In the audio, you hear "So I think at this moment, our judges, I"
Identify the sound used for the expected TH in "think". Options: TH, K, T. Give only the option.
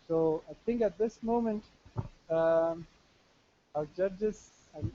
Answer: T